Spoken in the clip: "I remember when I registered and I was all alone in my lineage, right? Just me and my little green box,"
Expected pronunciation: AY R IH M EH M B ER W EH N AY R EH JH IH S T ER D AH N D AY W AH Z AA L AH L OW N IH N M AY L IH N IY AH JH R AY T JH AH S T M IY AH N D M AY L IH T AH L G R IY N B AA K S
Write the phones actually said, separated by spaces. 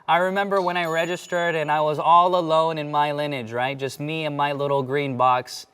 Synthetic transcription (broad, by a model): AY R IH M EH M B ER W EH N AY R EH JH IH S T ER D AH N AY W AH Z AA L AH L OW N IH N M AY L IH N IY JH R AY T JH AH S T M IY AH N M AY L IH T L G R IY N B AA K S